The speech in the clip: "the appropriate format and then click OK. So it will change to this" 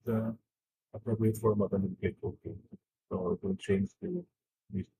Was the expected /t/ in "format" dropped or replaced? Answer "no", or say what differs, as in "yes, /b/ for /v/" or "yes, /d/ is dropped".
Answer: yes, /t/ is dropped